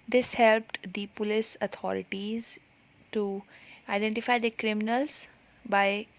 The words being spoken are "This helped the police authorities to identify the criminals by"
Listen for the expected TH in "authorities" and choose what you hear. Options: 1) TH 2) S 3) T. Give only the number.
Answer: 3